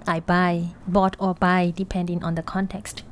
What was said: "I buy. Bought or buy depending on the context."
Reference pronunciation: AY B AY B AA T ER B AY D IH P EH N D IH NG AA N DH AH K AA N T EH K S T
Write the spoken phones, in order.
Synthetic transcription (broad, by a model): AY B AY B AA T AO B AY D IH P EH N D IH NG AA N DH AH K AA N T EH K S T